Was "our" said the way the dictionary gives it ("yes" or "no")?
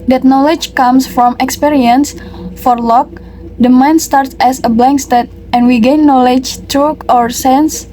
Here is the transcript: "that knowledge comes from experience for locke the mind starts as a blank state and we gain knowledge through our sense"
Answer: yes